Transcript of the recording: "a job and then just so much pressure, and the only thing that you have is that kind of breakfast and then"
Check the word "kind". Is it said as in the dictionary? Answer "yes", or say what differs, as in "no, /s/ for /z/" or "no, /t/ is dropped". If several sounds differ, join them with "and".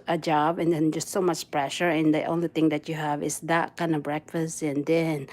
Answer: yes